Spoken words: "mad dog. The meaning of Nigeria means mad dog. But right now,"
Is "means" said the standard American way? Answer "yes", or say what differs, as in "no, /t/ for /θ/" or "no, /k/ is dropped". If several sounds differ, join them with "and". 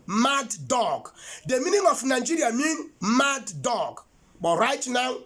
no, /z/ is dropped